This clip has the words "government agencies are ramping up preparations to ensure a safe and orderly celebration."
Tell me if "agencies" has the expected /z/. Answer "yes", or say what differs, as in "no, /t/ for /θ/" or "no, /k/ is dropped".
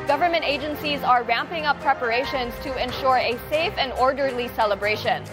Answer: yes